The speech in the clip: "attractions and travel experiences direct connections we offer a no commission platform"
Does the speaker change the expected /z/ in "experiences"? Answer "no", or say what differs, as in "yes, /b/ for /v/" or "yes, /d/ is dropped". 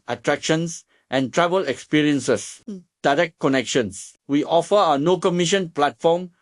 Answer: yes, /s/ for /z/